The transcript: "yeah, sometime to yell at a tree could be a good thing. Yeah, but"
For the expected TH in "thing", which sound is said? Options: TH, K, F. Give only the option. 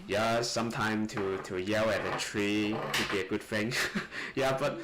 F